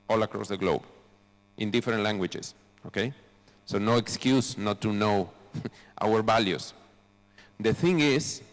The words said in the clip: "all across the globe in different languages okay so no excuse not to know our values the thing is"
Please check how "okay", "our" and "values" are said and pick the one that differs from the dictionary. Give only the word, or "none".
values